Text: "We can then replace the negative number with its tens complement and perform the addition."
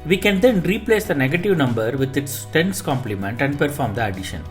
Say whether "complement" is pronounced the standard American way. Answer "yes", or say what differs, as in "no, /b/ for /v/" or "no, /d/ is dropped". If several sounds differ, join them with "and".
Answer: yes